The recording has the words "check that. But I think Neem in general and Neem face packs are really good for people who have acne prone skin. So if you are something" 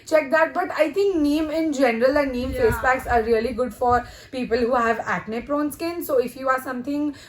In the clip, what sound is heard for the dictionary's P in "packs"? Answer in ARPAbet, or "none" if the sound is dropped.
B